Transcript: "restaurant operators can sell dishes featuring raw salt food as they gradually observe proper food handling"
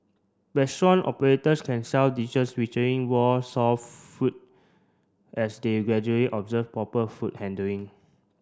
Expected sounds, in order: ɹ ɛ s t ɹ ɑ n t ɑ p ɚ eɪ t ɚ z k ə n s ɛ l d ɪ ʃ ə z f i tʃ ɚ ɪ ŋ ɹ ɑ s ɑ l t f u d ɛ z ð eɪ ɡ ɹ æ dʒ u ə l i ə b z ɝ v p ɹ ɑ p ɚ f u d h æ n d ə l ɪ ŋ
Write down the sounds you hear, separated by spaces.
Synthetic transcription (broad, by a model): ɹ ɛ s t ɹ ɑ n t ɑ p ɚ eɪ t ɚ s k ə n s ɛ l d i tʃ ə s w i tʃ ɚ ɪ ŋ w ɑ s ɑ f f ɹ u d ɛ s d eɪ ɡ ɹ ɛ dʒ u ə l i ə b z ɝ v p ɹ ɑ p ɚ f u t h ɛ n d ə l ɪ ŋ